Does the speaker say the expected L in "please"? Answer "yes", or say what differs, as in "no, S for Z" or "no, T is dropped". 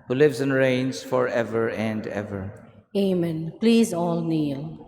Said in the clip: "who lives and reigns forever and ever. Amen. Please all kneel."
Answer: yes